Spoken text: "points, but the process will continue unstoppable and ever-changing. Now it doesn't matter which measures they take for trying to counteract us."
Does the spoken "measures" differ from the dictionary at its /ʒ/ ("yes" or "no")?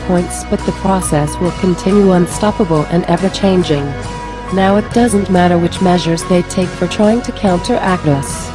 no